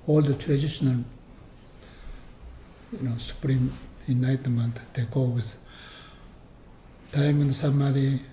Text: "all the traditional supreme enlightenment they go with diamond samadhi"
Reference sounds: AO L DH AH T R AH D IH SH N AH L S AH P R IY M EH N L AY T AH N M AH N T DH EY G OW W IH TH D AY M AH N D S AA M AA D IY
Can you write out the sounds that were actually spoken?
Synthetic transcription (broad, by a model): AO L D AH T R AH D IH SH N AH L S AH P R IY M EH N AY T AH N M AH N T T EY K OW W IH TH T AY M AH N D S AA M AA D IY